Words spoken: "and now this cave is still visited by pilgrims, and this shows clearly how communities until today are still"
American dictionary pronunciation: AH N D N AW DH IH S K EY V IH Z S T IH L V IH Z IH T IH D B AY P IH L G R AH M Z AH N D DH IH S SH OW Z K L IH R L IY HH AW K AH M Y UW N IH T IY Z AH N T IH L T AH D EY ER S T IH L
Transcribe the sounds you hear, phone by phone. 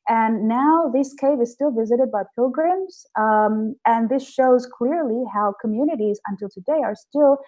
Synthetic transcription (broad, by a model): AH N N AW DH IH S K EY V IH Z S T IH L V IH Z IH T IH D B AY P IH L G R AH M Z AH N DH IH S SH OW Z K L IH R L IY HH AW K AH M Y UW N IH T IY Z AH N T IH L T AH D EY ER S T IH L